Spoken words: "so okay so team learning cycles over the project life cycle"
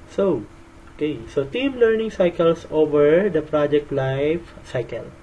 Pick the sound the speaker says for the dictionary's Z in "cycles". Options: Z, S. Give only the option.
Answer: S